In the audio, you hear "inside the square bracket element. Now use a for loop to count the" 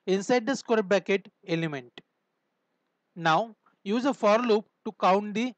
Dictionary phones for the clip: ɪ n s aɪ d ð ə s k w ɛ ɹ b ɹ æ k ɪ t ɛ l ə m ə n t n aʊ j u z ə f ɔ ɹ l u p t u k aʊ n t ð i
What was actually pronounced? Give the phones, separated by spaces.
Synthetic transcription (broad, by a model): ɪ n s aɪ d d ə s k w ɛ ɹ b æ k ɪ t ɛ l ə m ə n t n aʊ j u z ə f ɔ ɹ l u p t u k aʊ n t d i